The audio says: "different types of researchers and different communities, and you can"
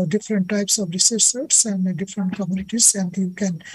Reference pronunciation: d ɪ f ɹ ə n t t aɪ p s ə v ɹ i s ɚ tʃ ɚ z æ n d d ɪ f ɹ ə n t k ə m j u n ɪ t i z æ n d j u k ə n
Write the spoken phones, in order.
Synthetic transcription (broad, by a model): d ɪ f ɹ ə n t t aɪ p s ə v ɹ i s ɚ s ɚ s æ n d d ɪ f ɹ ə n t k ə m j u n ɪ t i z æ n d j u k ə n